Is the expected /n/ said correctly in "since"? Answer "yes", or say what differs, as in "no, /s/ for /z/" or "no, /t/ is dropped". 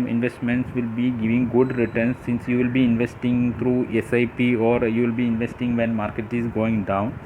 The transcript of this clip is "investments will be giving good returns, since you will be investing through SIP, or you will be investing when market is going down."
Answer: yes